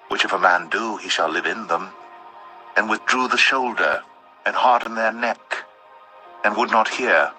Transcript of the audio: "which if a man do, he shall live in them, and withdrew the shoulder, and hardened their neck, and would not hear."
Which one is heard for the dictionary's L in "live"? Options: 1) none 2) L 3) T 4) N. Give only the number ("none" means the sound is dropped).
2